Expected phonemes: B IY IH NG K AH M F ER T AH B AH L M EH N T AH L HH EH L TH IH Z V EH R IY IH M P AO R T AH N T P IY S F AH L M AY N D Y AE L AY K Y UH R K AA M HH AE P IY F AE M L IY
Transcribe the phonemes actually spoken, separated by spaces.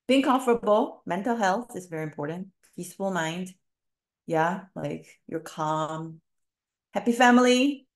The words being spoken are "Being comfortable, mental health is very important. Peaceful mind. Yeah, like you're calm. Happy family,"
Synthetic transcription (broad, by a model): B IY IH NG K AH M F ER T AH B L M EH N T L HH EH L TH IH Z V EH R IY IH M P AO R T N T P IY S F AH L M AY N D Y AE L AY K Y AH R K AA M HH AE P IY F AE M L IY